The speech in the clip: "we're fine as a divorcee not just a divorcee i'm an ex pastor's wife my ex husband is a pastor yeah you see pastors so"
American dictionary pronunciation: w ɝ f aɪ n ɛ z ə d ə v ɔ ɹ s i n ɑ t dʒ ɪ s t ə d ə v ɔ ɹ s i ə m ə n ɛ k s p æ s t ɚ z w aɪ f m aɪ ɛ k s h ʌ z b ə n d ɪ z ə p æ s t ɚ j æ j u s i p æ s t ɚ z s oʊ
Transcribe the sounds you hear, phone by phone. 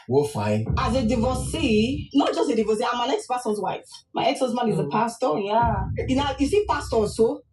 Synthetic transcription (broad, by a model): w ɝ f aɪ n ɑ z ə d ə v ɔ s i n ɑ t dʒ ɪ s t ə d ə v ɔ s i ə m ə n ɛ k s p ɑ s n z w aɪ f m aɪ ɛ k s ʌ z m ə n ɪ z ə p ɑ s t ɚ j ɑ j u s i p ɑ s t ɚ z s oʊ